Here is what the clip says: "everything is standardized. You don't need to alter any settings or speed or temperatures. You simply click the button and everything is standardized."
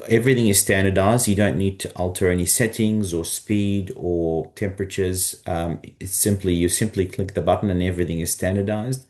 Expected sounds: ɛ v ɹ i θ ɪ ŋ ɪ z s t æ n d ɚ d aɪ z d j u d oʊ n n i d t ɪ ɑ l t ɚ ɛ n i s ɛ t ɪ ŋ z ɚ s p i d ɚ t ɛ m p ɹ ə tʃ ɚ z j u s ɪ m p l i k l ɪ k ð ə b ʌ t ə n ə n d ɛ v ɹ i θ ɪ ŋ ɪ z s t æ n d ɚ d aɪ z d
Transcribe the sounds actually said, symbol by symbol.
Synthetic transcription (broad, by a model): ɛ v ɹ i θ ɪ ŋ ɪ z s t æ n d ɚ d aɪ z d j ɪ d oʊ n n i d t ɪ ɑ l t ɚ ɛ n i s ɛ t ɪ ŋ z ɚ s p i d ɚ t ɛ m p ɹ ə tʃ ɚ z j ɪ s ɪ m p l i k l ɪ k ð ə b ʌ t n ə n ɛ v ɹ i θ ɪ ŋ ɪ z s t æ n d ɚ d aɪ z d